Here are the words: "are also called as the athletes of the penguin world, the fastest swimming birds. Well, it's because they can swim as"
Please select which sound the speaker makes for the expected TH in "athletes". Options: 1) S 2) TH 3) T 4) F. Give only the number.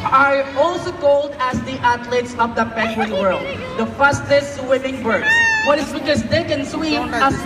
3